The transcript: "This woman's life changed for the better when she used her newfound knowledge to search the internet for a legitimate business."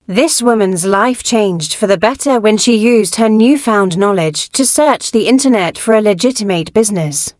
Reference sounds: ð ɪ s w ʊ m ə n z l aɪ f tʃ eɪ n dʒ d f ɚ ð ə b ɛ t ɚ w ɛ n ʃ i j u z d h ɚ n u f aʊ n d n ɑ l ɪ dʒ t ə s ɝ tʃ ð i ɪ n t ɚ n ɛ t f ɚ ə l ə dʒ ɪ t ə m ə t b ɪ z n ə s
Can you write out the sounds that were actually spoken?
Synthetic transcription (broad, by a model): ð ɪ s w ʊ m ə n z l aɪ f tʃ eɪ n dʒ d f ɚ ð ə b ɛ t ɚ w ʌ n ʃ i j u z d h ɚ n u f aʊ n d n ɑ l ɪ dʒ t ə s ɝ tʃ ð i ɪ n t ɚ n ɛ t f ɚ ə l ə dʒ ɪ t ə m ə t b ɪ z n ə s